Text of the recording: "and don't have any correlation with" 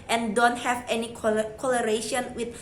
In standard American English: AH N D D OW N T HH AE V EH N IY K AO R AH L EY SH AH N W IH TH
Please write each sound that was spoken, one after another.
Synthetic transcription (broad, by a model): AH N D D OW N T HH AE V EH N IY K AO L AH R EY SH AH N W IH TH